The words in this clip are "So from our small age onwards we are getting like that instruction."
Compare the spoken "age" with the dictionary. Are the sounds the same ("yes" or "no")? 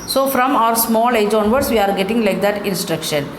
yes